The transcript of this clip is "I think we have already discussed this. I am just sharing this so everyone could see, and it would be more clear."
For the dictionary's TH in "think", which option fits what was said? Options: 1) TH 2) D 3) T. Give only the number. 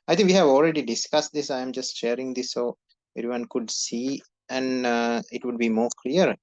3